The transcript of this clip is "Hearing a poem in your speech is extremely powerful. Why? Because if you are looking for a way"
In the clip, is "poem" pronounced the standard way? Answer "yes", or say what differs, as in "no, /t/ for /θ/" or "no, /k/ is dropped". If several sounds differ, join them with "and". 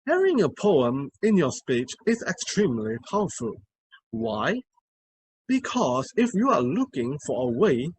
yes